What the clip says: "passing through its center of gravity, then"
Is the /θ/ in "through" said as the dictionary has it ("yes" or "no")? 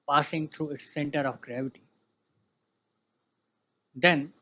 no